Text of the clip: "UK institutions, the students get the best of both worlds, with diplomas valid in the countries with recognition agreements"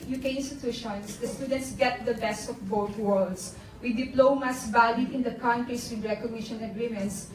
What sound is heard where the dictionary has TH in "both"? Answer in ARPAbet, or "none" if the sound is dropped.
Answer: T